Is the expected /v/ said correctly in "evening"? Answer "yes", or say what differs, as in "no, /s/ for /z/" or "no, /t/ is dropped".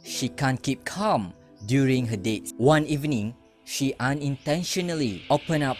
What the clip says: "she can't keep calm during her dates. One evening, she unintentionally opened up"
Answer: yes